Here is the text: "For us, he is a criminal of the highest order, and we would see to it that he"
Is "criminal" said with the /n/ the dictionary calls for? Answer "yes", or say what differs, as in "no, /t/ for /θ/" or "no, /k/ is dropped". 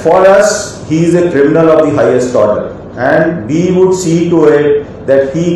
yes